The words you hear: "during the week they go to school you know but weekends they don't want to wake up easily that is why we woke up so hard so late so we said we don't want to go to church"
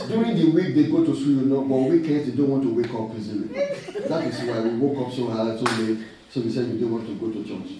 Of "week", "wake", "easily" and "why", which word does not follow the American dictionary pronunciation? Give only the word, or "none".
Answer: easily